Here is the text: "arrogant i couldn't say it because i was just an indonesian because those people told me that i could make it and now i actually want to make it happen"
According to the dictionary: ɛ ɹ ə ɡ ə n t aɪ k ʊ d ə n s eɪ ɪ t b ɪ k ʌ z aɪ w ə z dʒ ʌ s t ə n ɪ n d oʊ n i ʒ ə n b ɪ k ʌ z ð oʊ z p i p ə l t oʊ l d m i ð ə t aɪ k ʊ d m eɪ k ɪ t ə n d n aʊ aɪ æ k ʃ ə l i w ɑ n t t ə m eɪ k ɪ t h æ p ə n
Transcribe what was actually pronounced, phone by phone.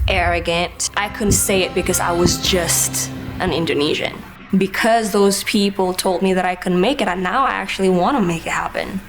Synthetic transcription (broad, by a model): ɛ ɹ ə ɡ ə n t aɪ k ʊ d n s eɪ ɪ t b ɪ k ʌ z aɪ w ə z dʒ ʌ s t ə n ɪ n d oʊ n i ʒ ə n b ɪ k ʌ z ð oʊ z p i p l t oʊ l d m i ð ə t aɪ k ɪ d m eɪ k ɪ t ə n n aʊ aɪ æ k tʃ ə l i w ɑ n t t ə m eɪ k ɪ t h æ p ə n